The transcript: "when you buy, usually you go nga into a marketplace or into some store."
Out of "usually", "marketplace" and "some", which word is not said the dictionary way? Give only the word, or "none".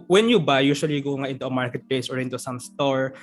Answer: usually